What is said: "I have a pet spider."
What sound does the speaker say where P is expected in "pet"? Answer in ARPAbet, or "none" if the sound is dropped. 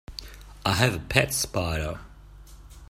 P